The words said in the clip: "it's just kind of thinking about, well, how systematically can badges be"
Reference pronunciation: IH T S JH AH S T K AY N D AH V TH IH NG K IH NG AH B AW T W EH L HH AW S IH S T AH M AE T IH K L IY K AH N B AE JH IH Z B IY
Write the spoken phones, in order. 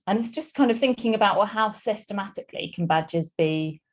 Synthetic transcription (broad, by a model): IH T S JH AH S K AY N D AH V TH IH NG K IH NG AH B AW T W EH HH AW S IH S T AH M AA T IH K L IY K AH N B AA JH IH Z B IY